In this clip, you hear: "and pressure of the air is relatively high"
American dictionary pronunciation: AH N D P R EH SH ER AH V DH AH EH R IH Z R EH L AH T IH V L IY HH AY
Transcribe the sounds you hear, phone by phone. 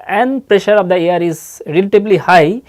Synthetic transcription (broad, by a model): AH N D P R EH SH ER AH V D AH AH R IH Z R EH L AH T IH B L IY HH AY